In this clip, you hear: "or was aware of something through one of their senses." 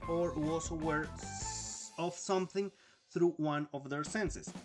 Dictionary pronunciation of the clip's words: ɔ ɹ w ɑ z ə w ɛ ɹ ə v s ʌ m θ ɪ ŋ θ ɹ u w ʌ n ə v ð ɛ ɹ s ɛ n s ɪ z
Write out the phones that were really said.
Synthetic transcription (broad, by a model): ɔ ɹ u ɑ s ə w ɛ ɹ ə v s ʌ m θ ɪ ŋ θ ɹ u w ʌ n ə v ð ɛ ɹ s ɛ n s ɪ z